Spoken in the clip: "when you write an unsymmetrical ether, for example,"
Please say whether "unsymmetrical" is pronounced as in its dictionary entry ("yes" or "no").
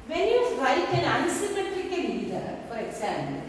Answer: no